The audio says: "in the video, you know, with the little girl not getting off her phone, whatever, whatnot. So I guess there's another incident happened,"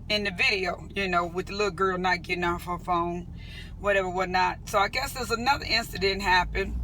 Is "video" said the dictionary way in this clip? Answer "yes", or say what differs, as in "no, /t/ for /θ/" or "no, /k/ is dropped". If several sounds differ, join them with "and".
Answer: yes